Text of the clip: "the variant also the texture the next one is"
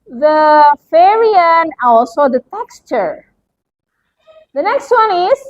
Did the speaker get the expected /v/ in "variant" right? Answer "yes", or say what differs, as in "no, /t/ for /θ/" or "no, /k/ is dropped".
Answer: no, /f/ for /v/